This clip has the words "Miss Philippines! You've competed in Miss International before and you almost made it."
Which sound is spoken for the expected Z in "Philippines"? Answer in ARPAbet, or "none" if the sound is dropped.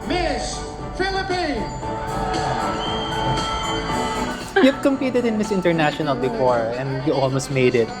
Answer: none